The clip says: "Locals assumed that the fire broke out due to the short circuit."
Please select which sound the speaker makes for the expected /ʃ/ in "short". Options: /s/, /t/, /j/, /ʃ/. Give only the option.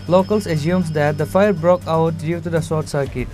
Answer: /s/